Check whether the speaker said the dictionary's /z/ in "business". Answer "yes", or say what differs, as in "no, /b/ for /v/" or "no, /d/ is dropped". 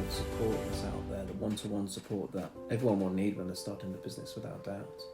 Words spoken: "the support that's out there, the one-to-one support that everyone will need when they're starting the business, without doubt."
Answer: yes